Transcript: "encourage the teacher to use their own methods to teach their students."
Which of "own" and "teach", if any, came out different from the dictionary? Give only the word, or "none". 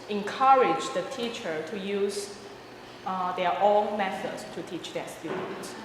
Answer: own